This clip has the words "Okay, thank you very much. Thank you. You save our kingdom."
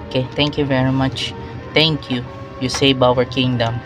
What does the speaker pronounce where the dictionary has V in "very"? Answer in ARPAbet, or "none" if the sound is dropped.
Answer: V